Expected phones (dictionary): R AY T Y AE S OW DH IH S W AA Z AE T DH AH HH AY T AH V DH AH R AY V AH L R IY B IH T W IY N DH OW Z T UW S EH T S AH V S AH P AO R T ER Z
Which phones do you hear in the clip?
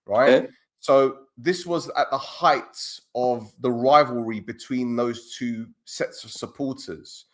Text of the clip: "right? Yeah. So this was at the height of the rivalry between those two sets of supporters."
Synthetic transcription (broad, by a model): R AY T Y S OW DH IH S W AA Z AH T DH AH HH AY T AH V DH AH R AY V AH L R IY B IH T W IY N DH OW Z T UW S EH T S AH V S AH P AO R T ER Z